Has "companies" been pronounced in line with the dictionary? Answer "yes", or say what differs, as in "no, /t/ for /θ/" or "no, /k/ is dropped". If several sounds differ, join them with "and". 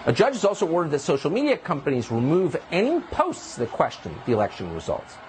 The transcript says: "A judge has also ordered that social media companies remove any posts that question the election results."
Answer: yes